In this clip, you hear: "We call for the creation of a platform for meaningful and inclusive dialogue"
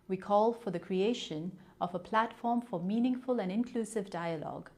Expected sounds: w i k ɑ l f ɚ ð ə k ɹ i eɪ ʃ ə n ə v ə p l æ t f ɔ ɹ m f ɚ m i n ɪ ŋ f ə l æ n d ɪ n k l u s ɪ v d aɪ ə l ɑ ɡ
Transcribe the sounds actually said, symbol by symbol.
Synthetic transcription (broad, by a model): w i k ɑ l f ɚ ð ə k ɹ i eɪ ʃ ə n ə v ə p l æ t f ɔ ɹ m f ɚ m i n ɪ ŋ f ə l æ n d ɪ n k l u s ɪ v d aɪ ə l ɑ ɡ